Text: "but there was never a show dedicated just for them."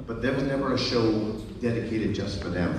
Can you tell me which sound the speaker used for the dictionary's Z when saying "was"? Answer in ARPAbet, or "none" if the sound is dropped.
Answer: Z